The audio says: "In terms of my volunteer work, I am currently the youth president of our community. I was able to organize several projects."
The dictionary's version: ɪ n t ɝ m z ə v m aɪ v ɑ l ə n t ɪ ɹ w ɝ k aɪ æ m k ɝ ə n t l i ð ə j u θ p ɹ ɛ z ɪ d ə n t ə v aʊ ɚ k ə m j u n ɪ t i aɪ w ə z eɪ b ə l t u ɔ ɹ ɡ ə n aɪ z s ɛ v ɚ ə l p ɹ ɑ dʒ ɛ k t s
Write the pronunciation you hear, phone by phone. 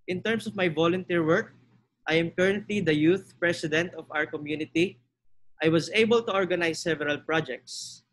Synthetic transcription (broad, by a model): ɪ n t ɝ m s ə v m aɪ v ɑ l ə n t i ɹ w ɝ k aɪ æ m k ɝ ə n t l i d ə j u θ p ɹ ɛ s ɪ d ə n t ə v aʊ ɚ k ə m j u n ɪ t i aɪ w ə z eɪ b ə l t u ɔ ɹ ɡ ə n aɪ s ɛ v ɚ ə l p ɹ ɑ dʒ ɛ k t s